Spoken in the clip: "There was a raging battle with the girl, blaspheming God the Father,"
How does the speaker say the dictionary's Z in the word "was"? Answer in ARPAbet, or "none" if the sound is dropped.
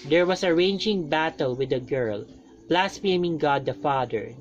S